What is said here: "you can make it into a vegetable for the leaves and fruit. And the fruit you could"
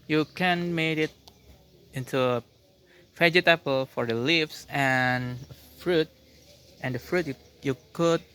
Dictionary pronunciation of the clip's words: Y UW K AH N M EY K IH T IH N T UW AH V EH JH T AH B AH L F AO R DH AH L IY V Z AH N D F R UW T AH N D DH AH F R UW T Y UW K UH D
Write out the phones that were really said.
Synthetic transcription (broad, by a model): Y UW K AH N M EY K IH T IH N T UW AH F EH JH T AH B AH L F AO R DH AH L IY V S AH N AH F R UW T AH N D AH F R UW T Y UW K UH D